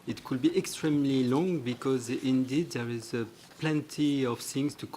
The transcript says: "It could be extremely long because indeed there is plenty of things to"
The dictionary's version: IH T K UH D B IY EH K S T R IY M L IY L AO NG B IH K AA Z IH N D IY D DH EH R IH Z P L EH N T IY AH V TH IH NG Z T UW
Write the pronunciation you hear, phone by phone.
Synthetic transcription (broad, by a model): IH T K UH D B IY EH K S T R IY M L IY L AO NG B IH K AA Z IH N D IY D DH EH R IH Z P L EH N T IY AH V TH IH NG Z T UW